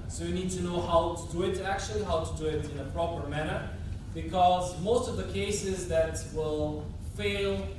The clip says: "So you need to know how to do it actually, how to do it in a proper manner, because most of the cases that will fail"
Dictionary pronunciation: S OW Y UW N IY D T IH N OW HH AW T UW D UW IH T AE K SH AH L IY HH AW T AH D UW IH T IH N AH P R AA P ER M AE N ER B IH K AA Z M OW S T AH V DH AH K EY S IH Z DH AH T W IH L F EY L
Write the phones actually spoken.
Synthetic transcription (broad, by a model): S OW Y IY N IY D T IH N OW HH AW T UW D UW IH T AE K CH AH L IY HH AW T AH D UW IH T IH N AH P R AA P ER M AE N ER B IH K AA Z M OW S T AH V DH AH K EY S IH Z DH AH T W IH L F EY L